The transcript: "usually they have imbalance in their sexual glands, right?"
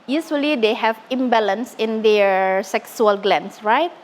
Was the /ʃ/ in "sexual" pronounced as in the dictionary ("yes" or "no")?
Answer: no